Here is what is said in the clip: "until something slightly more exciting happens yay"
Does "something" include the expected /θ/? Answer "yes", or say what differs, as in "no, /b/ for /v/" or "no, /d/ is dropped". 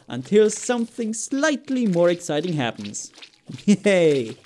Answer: yes